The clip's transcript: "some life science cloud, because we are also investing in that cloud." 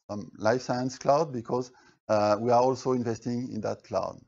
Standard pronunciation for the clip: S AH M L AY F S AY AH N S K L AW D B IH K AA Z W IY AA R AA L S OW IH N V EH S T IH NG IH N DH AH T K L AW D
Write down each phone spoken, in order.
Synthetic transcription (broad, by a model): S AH M L AY F S AY AH N S K L AW D B IH K AA Z W IY AA R AA L S OW IH N V EH S T IH NG IH N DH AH T K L AW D